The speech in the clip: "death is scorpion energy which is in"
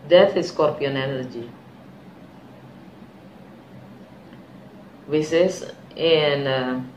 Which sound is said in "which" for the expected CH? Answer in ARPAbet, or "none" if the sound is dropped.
S